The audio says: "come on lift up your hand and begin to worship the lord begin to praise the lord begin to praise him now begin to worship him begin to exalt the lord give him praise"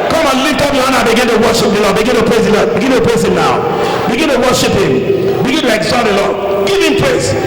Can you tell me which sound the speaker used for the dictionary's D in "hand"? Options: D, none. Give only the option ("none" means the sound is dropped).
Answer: none